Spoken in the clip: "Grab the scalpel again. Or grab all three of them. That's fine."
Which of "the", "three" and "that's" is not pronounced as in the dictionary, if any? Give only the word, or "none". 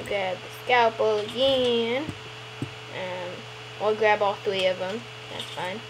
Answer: none